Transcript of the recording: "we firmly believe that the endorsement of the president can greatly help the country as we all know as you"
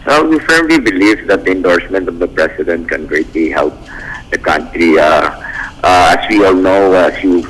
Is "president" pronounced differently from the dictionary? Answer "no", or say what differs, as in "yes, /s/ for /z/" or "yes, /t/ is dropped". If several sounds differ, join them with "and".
yes, /s/ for /z/